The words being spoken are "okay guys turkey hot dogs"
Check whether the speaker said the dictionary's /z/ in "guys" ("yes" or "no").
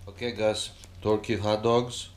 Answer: no